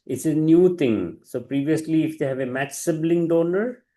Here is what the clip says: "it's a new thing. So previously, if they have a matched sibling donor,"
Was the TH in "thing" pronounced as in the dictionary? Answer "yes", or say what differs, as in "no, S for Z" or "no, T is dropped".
no, T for TH